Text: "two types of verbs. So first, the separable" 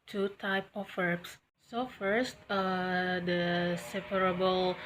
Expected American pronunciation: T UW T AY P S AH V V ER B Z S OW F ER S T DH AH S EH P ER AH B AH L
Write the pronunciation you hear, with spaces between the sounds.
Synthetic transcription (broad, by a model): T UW T AY P AH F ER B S S OW F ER S T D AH S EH P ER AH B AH L